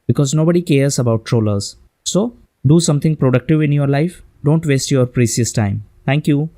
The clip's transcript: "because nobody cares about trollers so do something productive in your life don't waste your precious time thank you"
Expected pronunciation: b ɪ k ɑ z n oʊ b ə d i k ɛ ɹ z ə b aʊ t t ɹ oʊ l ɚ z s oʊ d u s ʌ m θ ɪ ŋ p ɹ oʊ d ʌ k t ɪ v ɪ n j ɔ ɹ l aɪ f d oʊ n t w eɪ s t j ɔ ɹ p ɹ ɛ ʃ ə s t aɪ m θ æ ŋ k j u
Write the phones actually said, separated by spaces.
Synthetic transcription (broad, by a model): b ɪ k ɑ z n oʊ b ə d i k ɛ ɹ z ə b aʊ t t ɹ oʊ l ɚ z s oʊ d u s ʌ m t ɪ ŋ p ɹ oʊ d ʌ k t ɪ v ɪ n j ɔ ɹ l aɪ f d oʊ n t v eɪ s t j ɔ ɹ p ɹ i s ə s t aɪ m t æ ŋ k j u